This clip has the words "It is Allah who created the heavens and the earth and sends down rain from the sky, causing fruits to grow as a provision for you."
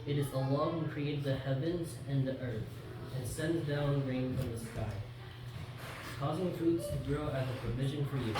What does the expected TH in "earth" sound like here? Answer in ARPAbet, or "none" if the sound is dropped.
TH